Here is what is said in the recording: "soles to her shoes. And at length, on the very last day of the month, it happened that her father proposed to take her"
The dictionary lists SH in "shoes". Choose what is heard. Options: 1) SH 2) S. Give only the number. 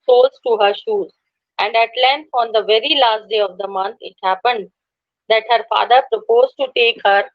1